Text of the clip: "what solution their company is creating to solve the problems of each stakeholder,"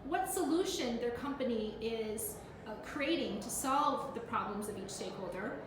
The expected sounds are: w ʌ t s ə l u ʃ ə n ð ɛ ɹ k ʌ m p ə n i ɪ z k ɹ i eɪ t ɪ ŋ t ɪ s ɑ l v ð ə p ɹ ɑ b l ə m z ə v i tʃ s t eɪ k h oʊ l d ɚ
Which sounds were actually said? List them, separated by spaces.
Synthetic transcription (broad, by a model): w ʌ t s ə l u ʃ ə n ð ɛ ɹ k ʌ m p ə n i ɪ z k ɹ i eɪ t ɪ ŋ t ɪ s ɑ l v ð ə p ɹ ɑ b l ə m z ə v i tʃ s t eɪ k h oʊ l d ɚ